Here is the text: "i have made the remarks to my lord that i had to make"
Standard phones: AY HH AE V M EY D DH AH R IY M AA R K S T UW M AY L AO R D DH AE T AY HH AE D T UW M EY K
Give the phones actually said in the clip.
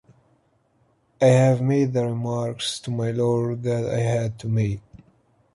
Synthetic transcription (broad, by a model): AY HH AE V M EY D DH AH R IY M AA R K S T UW M AY L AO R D DH AE T AY HH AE D T UW M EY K